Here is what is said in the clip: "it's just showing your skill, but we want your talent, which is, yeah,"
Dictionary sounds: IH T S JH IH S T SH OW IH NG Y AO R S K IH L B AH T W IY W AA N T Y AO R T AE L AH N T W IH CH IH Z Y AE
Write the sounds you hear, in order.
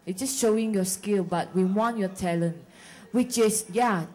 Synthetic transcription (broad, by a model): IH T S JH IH S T SH OW IH NG Y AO S K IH L B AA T W IY W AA N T Y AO T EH L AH N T W IH CH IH S Y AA